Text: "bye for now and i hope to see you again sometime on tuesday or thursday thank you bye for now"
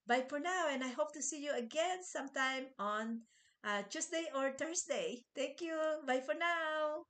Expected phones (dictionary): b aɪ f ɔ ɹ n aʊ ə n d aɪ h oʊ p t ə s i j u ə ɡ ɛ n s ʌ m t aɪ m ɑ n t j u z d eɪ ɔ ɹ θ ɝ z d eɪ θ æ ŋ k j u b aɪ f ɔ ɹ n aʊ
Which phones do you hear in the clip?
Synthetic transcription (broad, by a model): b aɪ f ɔ ɹ n aʊ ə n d aɪ h oʊ p t ə s i j u ə ɡ ɛ n s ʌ m t aɪ m ɑ n t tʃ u s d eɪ ɔ ɹ t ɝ s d eɪ t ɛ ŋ k j u b aɪ f ɔ ɹ n aʊ